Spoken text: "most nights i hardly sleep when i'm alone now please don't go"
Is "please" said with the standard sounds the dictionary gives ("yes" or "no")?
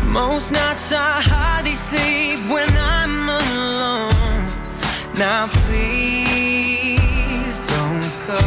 yes